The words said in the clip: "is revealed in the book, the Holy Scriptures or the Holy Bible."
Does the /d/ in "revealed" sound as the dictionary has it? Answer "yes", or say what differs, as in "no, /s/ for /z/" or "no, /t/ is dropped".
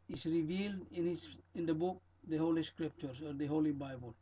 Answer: yes